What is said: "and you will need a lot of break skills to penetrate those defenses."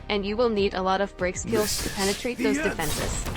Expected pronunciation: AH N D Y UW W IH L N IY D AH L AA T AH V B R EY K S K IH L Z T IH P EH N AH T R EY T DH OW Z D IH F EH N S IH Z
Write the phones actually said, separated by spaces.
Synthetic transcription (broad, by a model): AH N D Y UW W IH L N IY D AH L AA T AH V B R EY K S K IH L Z T IH P EH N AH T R EY T DH OW Z D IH F EH N S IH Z